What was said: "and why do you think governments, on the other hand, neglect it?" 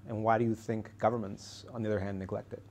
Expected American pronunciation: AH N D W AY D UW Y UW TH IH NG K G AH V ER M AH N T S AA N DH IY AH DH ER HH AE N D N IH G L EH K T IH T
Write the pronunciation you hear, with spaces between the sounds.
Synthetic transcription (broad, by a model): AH N W AY D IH Y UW TH IH NG K G AH V ER M AH N T S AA N DH IY AH DH ER HH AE N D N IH G L EH K T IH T